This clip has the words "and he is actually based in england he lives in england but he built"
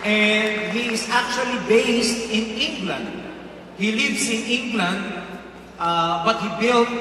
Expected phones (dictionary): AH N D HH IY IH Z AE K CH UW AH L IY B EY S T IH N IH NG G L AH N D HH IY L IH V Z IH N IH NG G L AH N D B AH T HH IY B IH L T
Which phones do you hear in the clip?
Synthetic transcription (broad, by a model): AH N D HH IY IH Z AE K CH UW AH L IY B EY S T IH N IH NG G L AH N D HH IY L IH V S IH N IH NG G L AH N D B AH T HH IY B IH L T